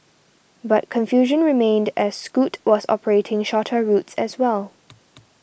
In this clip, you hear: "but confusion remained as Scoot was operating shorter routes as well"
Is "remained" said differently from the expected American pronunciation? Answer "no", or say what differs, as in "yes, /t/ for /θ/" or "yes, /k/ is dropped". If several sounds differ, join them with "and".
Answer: no